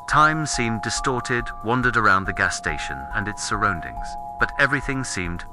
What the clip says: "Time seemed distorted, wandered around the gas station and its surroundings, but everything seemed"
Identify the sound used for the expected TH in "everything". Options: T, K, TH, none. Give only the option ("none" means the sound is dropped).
TH